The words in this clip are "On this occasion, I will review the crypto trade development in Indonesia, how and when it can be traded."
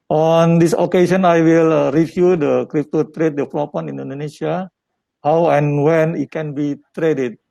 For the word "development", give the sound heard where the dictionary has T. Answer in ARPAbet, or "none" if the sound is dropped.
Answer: none